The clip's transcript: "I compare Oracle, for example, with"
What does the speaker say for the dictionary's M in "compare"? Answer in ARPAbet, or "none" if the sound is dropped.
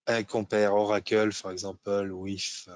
none